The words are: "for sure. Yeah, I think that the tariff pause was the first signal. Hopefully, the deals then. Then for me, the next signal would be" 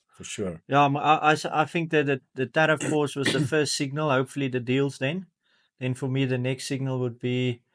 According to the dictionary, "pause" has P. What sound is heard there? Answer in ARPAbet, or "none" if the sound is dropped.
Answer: F